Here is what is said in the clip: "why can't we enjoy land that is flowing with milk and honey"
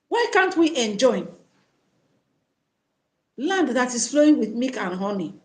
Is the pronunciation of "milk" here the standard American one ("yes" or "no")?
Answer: no